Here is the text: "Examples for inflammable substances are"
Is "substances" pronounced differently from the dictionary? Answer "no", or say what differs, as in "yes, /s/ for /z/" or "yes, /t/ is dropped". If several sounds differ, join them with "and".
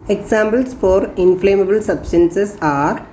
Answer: yes, /s/ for /z/